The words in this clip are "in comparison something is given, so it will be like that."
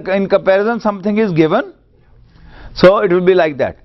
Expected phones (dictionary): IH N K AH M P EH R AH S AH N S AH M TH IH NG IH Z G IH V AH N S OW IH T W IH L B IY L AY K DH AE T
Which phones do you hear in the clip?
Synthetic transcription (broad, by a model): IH N K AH M P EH R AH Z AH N S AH M T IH NG IH Z G IH V AH N S OW IH T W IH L B IY L AY K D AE T